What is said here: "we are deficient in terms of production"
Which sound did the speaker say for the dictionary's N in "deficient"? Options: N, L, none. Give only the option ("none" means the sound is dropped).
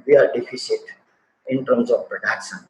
none